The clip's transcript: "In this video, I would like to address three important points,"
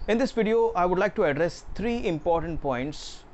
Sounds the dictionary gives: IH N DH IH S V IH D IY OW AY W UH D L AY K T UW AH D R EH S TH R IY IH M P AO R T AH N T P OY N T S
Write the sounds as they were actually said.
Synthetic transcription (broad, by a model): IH N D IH S V IH D IY OW AY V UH D L AY K T UW AH D R EH S T R IY IH M P AO R T AH N T P OY N T S